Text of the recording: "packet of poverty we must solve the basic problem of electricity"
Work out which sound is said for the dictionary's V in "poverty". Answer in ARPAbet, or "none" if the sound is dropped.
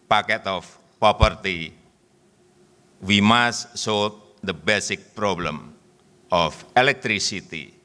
P